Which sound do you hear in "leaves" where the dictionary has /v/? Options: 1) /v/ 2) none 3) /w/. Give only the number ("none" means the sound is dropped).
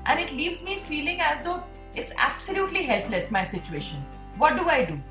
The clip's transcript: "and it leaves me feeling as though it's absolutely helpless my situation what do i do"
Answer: 1